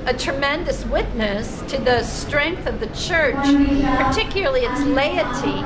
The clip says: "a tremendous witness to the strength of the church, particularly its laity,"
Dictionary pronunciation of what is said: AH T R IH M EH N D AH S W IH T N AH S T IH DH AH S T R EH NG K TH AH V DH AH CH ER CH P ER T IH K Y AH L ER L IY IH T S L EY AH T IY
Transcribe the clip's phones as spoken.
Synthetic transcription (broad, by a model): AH T R IH M EH N D AH S W IH T N AH S T IH DH AH S T R EH NG K TH AH V DH AH CH ER CH P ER T IH K Y L ER L IY IH T S L EY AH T IY